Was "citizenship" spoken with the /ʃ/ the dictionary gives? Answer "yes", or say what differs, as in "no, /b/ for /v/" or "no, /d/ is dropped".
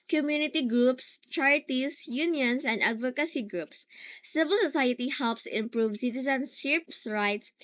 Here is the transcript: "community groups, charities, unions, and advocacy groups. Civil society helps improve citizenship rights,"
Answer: no, /s/ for /ʃ/